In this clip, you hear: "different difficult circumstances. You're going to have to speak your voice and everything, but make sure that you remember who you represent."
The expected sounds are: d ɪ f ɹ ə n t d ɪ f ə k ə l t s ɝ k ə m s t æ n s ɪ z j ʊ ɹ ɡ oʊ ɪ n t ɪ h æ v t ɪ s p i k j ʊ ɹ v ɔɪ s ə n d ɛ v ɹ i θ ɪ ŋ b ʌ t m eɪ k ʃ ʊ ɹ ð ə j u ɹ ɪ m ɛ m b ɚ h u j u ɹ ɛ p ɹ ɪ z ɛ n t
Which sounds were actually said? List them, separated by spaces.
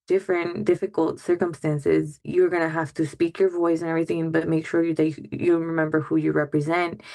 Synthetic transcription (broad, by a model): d ɪ f ɹ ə n d ɪ f ə k ə l t s ɝ k ə m s t æ n s ɪ z j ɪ ɹ ɡ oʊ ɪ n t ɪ h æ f t ɪ s p i k j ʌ ɹ v ɔɪ s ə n ɛ v ɹ i θ ɪ ŋ b ʌ t m eɪ k ʃ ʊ ɹ ð ə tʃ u ɹ ɪ m ɛ m b ɚ h u j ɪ ɹ ɛ p ɹ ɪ z ɛ n t